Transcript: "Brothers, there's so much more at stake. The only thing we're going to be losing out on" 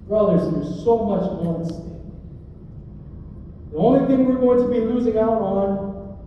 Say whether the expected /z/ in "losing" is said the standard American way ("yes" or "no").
yes